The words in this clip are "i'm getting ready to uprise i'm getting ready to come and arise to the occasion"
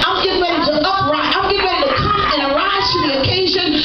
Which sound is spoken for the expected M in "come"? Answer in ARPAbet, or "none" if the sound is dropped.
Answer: none